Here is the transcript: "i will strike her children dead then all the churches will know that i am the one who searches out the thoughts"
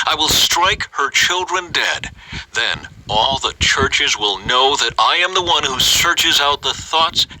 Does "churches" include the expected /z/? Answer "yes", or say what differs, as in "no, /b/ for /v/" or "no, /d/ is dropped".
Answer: yes